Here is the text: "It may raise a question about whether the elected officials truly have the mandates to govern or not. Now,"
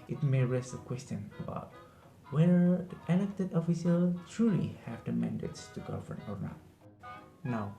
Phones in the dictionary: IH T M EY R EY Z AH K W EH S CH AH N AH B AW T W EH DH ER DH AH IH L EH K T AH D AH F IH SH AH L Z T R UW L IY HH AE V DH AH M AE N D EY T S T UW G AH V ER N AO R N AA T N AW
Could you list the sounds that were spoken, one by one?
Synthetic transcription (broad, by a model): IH T M EY R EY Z AH K W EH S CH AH N AH B AW T W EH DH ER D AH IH L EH K T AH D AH F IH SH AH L T R UW L IY HH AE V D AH M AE N D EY T S T UW G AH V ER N AO R N AA T N AW